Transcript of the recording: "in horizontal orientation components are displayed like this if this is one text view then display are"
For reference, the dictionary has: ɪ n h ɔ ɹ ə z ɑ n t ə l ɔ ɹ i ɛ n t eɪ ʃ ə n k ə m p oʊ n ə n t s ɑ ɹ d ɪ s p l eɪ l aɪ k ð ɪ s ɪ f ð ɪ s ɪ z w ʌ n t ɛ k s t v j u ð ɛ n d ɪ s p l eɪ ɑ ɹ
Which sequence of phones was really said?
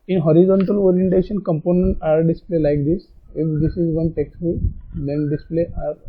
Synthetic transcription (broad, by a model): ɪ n h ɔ ɹ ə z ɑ n t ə l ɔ ɹ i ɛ n t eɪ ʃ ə n k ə m p oʊ n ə n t ɑ ɹ d ɪ s p l eɪ l aɪ k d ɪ s ɪ f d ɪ s ɪ z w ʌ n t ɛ k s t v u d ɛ n d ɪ s p l eɪ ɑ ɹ